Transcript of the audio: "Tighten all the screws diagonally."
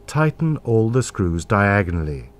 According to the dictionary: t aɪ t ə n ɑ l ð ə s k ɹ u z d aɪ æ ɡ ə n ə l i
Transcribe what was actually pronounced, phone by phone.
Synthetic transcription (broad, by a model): t aɪ t n ɑ l ð ə s k ɹ u z d aɪ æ ɡ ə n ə l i